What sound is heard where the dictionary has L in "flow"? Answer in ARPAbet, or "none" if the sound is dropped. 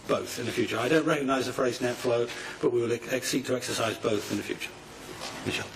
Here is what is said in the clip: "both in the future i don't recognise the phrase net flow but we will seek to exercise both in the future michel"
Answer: L